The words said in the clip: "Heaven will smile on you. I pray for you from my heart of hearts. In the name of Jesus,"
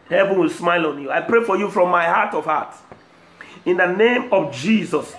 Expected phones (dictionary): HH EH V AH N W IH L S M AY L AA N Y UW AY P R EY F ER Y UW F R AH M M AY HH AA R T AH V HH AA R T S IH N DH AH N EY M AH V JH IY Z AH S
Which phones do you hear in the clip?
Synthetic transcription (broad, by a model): HH EH V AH N W IH L S M AY L AA N Y UW AY P R EY F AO Y UW F R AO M M AY HH AA T AH V HH AA T IH N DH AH N EY M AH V JH IY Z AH S